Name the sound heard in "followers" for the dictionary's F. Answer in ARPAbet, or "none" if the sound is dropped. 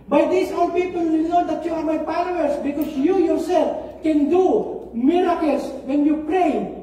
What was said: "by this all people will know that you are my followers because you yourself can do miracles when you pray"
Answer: P